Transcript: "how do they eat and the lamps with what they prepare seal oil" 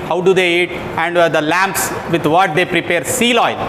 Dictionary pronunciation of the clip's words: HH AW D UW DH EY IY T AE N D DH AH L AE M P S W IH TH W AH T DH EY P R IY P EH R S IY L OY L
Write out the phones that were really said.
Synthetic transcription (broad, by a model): HH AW D UW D EY IY T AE N D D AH L AE M P S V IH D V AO T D EY P R IY P EH R S IY L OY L